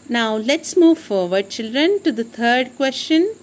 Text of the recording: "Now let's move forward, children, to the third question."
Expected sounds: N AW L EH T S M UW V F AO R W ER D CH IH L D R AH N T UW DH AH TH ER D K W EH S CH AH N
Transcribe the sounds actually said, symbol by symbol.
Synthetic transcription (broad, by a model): N AW L EH T S M UW V F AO R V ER D CH IH L D R AH N T UW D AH T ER D K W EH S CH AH N